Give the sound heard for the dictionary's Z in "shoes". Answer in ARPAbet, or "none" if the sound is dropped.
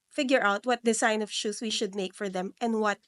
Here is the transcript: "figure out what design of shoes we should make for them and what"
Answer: S